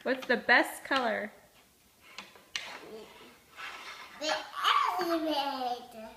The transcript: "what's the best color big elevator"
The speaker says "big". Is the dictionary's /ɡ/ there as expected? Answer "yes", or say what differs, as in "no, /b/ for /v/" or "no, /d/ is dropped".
no, /ɡ/ is dropped